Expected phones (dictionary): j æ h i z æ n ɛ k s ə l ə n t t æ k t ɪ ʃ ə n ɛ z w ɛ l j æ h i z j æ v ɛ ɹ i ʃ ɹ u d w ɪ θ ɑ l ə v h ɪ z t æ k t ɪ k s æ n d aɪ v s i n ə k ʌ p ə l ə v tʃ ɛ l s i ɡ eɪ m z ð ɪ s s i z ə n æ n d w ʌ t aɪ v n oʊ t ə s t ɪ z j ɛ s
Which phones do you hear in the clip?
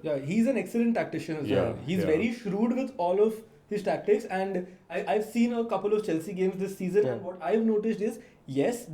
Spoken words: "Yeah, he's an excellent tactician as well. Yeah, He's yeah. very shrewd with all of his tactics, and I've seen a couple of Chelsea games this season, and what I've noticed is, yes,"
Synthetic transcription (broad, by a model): j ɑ h i z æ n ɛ k s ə l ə n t t æ k t ɪ ʃ ə n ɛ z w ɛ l h i z v ɛ ɹ i ʃ ɹ u d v ɪ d ɑ l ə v h ɪ z t æ k t ɪ k s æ n d aɪ v s i n ə k ʌ p ə l ə v tʃ ɛ l s i ɡ eɪ m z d ɪ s s i z ə n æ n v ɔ t aɪ v n oʊ t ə s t ɪ z j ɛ s